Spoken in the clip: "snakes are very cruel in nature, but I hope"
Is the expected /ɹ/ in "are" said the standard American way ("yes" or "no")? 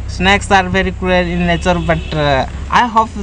yes